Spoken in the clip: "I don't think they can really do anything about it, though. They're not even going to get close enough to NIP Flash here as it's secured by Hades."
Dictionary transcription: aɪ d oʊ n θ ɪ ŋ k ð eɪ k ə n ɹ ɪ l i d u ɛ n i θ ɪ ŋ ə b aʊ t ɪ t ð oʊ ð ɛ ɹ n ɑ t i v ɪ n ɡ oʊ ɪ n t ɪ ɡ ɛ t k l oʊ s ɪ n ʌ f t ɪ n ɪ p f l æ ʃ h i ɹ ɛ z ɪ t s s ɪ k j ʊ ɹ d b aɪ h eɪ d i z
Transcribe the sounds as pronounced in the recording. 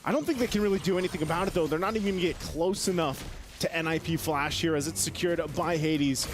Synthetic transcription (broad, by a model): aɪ d oʊ n θ ɪ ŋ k ð eɪ k ə n ɹ ɪ l i d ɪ ɛ n i θ ɪ ŋ ə b aʊ t ɪ t ð oʊ ð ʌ ɹ n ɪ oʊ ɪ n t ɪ ɡ ɛ t k l oʊ s ɪ n ʌ f t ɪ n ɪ p f l æ ʃ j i ɹ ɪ z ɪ t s s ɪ k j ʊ ɹ d b aɪ h eɪ d i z